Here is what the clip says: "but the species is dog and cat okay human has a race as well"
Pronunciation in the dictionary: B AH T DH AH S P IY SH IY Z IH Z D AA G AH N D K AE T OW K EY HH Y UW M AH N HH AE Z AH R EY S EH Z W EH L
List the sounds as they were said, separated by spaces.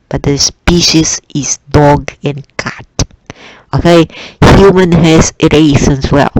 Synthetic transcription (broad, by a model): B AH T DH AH S P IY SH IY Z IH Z D AA G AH N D K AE T OW K EY HH Y UW M AH N HH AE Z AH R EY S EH S W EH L